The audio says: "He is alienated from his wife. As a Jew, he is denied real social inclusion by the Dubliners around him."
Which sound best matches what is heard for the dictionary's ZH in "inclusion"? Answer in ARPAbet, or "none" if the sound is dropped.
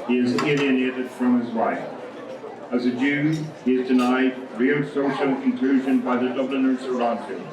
ZH